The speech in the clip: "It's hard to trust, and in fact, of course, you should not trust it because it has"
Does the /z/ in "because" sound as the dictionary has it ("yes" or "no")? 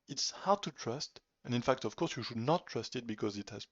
yes